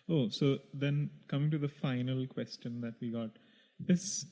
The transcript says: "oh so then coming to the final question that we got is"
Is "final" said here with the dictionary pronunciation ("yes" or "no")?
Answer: yes